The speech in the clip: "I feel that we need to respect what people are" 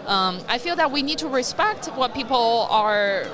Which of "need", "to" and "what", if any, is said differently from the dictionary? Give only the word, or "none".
none